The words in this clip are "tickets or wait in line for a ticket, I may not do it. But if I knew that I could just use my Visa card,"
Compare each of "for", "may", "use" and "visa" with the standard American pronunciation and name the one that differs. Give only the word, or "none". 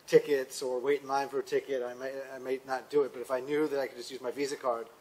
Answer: none